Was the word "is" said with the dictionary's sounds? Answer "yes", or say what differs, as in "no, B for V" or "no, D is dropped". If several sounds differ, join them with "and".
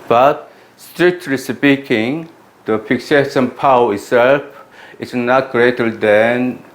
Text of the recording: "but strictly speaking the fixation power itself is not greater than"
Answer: no, S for Z